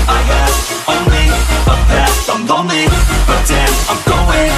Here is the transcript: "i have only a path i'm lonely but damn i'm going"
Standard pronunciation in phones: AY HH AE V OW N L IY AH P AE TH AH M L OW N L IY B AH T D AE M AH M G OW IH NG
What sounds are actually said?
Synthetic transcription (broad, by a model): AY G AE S OW N L IY AH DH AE S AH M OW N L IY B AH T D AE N AH M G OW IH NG